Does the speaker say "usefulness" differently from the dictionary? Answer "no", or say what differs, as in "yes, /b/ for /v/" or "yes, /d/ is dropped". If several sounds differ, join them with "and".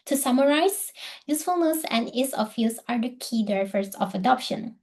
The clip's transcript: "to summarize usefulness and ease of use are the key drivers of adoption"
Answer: no